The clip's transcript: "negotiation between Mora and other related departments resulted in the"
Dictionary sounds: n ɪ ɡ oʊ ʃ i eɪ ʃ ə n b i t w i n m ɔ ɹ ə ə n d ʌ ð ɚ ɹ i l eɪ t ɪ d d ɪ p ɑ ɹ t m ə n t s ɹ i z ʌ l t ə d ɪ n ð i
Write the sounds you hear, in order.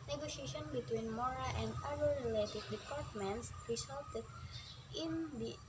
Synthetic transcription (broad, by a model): n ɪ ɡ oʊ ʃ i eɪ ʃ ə n b i t w i n m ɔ ɹ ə ə n d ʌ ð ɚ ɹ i l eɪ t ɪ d d ɪ p ɑ ɹ t m ə n t s ɹ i s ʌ l t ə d ɪ n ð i